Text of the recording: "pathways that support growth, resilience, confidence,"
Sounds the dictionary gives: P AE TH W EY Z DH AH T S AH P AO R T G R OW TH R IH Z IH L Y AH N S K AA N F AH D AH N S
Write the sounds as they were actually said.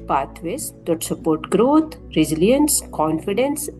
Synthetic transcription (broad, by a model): P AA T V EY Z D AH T S AH P AO R T G R OW T R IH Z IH L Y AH N S K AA N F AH D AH N S